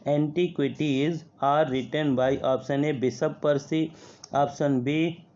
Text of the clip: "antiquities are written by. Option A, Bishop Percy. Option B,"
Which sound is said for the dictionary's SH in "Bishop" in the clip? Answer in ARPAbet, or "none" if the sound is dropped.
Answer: S